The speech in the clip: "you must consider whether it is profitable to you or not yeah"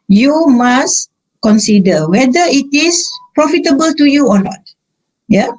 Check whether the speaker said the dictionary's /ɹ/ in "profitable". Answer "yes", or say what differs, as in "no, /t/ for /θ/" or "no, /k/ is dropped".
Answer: yes